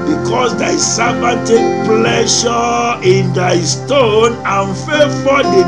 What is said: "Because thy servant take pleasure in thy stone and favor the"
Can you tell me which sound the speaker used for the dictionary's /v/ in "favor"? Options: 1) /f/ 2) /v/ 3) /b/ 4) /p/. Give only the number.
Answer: 1